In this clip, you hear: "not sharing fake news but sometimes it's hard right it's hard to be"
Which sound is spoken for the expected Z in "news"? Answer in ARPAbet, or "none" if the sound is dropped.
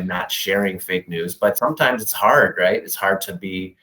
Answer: Z